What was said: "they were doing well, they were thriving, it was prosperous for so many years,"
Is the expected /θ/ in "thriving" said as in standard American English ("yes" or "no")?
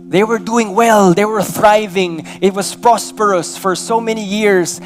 yes